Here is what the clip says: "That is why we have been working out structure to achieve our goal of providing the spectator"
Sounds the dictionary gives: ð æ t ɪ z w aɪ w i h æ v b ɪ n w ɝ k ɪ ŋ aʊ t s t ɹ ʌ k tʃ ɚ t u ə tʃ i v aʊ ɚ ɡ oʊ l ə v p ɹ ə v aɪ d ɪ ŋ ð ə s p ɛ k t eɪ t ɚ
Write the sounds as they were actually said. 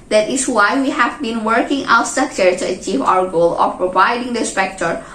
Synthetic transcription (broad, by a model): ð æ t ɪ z w aɪ w i h æ v b ɪ n w ɝ k ɪ ŋ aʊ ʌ s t ʌ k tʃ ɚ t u ə tʃ i v aʊ ɚ ɡ oʊ l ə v p ɹ ə v aɪ d ɪ ŋ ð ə s p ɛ k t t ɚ